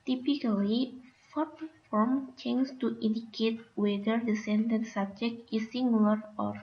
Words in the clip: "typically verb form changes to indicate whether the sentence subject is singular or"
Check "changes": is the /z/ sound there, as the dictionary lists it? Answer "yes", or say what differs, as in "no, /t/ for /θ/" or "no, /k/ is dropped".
no, /z/ is dropped